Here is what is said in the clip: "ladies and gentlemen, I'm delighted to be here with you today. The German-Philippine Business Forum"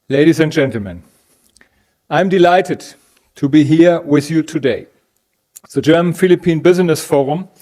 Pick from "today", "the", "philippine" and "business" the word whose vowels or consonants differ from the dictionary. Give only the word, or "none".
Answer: none